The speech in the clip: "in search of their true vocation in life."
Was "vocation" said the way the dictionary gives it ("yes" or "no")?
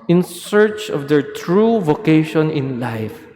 yes